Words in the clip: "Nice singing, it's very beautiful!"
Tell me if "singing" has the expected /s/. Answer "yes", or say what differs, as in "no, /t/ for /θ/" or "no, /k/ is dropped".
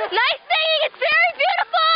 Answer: no, /θ/ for /s/